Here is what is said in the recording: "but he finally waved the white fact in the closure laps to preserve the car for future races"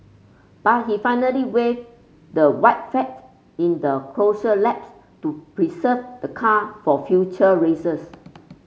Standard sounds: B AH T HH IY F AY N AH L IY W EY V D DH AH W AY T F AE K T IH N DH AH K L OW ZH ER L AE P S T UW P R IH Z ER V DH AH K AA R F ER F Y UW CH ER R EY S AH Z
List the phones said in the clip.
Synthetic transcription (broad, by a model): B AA T HH IY F AY N AH L IY W EY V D AH W AY T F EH T IH N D AH K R OW SH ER L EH P S T UW P R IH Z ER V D AH K AA F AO F Y UW CH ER R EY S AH S